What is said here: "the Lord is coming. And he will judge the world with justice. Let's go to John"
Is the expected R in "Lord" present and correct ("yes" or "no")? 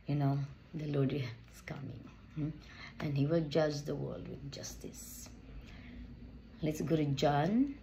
no